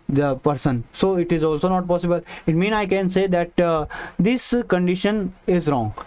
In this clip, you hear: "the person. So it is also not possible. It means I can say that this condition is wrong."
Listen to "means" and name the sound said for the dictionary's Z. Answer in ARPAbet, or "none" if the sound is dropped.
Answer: none